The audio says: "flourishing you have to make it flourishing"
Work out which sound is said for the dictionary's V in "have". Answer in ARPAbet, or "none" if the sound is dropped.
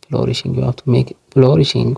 F